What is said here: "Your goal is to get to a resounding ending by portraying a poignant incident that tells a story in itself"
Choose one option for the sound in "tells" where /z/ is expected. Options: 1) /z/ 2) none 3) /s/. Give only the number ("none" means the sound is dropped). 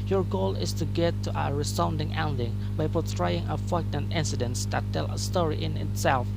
2